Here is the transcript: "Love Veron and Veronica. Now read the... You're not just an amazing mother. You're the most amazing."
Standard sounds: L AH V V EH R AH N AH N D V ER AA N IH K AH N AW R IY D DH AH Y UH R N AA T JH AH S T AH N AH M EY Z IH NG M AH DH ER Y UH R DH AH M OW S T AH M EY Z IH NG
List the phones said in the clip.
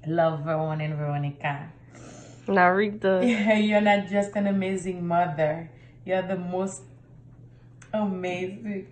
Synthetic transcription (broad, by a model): L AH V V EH W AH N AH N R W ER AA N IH K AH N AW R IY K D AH Y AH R N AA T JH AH S T AH N AH M EY Z IH NG M AH DH ER Y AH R DH AH M OW S T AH M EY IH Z